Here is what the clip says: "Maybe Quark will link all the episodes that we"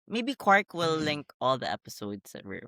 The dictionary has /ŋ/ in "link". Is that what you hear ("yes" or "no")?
yes